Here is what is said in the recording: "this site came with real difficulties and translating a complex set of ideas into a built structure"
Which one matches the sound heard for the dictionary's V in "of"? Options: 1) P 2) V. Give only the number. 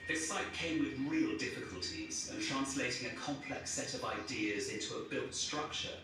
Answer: 2